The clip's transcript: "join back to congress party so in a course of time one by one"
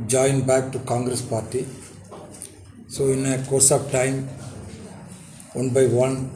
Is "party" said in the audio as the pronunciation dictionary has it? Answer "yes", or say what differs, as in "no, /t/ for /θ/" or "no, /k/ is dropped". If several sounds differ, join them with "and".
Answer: yes